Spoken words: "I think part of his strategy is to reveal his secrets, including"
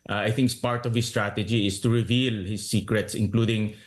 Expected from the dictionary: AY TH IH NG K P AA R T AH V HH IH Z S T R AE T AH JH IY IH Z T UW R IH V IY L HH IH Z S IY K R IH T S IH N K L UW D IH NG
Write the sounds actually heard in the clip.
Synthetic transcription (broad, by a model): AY TH IH NG K P AA R T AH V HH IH S T R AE T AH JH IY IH S T UW R IH V IY L HH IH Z S IY K R IH T S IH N K L UW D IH NG